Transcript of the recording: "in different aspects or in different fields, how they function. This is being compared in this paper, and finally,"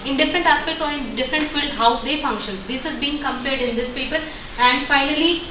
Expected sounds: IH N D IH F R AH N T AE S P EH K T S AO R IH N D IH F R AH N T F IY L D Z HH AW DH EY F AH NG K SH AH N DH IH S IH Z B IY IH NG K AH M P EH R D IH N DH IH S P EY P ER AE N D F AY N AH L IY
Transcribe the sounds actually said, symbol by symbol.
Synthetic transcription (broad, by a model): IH N D IH F R AH N T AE S P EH K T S AO R IH N D IH F R AH N T F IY L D HH AW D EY F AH NG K SH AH N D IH S IH Z B IY IH NG K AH M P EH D IH N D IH S P EY P ER AE N D F AY N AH L IY